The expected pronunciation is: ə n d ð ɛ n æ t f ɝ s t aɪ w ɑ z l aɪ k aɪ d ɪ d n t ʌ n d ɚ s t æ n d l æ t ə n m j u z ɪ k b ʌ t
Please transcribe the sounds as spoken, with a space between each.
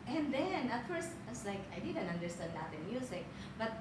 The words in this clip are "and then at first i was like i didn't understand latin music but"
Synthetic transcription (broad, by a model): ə n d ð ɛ n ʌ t f ɝ s t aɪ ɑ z l aɪ k aɪ d ɪ d n t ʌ n d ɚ s t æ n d n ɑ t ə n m j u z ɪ k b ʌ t